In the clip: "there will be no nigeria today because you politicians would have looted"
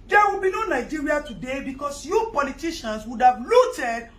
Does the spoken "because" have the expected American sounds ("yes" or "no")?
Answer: no